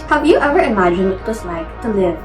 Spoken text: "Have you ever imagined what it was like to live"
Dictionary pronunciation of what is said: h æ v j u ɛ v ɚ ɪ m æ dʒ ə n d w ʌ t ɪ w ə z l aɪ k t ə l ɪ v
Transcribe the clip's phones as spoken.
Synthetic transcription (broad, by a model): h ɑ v j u ɛ v ɚ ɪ m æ dʒ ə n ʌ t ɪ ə s l aɪ k t ə l ɪ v